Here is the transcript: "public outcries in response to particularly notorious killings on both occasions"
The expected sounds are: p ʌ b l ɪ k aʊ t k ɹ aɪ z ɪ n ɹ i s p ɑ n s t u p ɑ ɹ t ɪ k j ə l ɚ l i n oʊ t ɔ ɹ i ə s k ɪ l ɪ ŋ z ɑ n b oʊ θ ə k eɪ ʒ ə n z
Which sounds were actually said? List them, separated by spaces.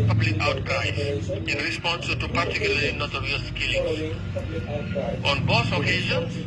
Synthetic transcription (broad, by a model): p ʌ b l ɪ k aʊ t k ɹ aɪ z ɪ n ɹ i s p ɑ n s t u p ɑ ɹ t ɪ k j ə l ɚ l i n oʊ t ɔ ɹ i ə s k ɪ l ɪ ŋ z ɑ n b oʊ s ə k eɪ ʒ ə n